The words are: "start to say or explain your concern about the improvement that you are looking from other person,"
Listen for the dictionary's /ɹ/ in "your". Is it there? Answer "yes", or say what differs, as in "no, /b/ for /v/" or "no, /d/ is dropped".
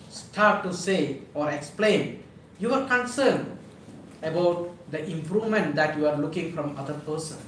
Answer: no, /w/ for /ɹ/